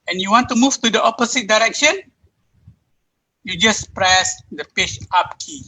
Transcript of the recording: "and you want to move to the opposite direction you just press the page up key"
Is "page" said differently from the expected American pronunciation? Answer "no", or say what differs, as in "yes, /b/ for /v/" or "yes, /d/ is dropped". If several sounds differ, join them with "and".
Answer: yes, /tʃ/ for /dʒ/